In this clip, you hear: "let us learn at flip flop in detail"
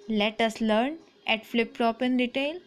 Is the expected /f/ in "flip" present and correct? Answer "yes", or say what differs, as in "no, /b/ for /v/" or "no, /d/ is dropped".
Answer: yes